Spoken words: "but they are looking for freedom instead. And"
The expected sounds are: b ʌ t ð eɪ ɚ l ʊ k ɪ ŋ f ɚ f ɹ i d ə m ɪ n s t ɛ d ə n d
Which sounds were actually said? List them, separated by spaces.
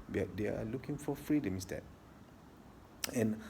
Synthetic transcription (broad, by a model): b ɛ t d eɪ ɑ l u k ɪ ŋ f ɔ f ɹ i d ə m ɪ s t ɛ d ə n